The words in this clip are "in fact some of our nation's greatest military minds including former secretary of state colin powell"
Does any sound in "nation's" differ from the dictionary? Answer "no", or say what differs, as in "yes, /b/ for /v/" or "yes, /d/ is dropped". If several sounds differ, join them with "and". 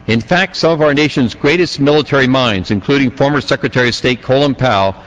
no